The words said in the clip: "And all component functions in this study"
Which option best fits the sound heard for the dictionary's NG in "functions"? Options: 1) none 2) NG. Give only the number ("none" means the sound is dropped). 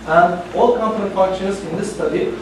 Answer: 1